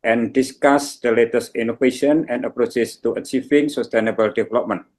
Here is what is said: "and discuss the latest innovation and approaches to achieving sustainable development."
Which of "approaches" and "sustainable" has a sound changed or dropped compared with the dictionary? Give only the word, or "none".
approaches